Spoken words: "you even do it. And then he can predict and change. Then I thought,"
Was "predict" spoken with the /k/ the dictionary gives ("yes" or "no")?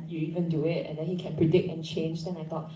yes